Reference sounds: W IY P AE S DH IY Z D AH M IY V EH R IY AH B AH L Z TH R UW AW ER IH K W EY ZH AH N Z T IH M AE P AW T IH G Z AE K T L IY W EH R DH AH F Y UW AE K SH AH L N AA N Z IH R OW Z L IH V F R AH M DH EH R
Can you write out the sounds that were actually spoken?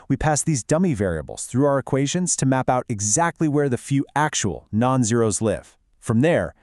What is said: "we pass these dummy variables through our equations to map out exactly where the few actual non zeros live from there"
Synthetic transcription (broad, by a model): W IY P AE S DH IY Z D AH M IY V EH R IY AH B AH L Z TH R UW AW ER IH K W EY ZH AH N Z T IH M AE P AW T IH G Z AE K T L IY W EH R DH AH F Y UW AE K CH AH L N AA N Z IH R OW Z L IH V F R AH M DH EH R